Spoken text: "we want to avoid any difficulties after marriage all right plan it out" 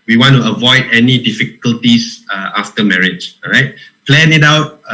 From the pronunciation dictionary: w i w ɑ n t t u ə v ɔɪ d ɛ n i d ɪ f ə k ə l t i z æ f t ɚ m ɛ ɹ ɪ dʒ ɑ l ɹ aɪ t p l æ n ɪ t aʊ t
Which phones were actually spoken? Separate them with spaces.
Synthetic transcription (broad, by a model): w i w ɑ n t t u ə v ɔɪ d ɛ n i d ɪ f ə k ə l t i s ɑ f t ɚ m ɛ ɹ ɪ dʒ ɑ ɹ aɪ t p l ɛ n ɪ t aʊ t